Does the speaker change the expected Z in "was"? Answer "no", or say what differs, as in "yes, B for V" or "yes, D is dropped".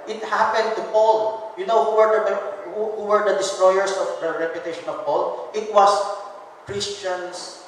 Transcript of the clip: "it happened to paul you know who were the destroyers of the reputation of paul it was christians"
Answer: yes, S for Z